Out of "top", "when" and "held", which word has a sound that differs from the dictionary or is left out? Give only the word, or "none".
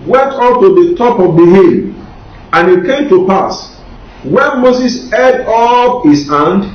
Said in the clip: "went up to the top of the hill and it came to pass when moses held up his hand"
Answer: held